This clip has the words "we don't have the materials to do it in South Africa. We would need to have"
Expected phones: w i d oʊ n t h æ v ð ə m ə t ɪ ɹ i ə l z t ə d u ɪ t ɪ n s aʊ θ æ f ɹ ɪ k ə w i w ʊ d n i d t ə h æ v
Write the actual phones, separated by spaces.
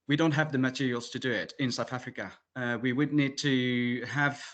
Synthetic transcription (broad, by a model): w i d oʊ n t h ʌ v ð ə m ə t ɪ ɹ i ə l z t ə d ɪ ɪ t ɪ n s aʊ θ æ f ɹ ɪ k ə w i w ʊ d n i d t ə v